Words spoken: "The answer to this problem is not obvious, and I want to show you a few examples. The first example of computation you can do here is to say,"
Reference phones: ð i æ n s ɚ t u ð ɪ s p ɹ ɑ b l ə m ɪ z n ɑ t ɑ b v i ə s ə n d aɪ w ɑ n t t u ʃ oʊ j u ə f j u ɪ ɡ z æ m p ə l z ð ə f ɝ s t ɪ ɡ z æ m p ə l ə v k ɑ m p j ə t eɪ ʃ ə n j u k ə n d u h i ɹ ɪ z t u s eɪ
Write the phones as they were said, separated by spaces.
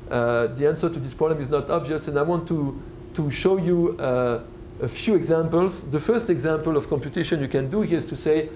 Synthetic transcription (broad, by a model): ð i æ n s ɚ t u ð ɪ s p ɹ ɑ b l ə m ɪ z n ɑ t ɑ b v i ə s ə n d aɪ w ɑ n t t u ʃ oʊ j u ə f j u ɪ ɡ z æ m p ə l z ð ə f ɝ s t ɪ ɡ z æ m p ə l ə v k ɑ m p j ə t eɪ ʃ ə n j u k ə n d u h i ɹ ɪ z t u s eɪ